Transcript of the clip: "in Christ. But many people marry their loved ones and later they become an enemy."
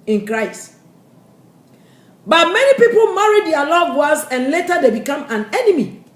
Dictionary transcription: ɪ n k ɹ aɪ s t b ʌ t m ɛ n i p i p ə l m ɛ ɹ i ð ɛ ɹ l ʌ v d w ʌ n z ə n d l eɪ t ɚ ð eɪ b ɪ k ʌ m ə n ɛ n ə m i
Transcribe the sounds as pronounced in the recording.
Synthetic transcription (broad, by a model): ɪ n k ɹ aɪ s t b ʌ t m ɛ n i p i p ə l m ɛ ɹ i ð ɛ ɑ l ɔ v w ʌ z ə n l eɪ t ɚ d eɪ b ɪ k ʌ m ə n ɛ n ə m i